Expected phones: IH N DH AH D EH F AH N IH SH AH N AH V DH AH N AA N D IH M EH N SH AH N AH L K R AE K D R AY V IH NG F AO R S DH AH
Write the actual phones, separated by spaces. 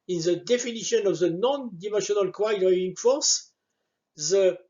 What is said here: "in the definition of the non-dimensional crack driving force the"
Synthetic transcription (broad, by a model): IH N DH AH D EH F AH N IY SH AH N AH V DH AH N AA N D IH M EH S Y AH N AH L K W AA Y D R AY IH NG F AO R S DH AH